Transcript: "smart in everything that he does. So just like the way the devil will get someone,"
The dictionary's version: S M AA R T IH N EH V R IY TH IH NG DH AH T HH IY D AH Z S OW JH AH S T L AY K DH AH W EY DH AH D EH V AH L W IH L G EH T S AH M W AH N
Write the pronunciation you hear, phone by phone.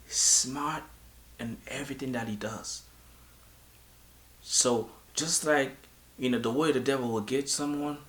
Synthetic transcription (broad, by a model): S M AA R T IH N EH V R IY TH IH NG DH AH T HH IY D AH Z S OW JH AH S T L AY K DH AH W EY DH AH D EH V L W IH L G EH T S AH M W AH N